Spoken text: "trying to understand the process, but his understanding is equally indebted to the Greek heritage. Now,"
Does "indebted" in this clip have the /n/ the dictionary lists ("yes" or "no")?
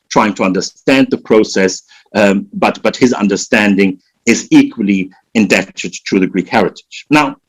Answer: yes